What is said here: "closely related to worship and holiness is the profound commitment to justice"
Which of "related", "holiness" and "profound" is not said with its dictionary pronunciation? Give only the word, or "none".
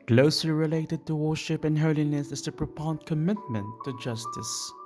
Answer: profound